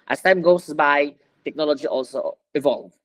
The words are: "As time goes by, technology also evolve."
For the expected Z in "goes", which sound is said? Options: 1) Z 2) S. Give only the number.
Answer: 2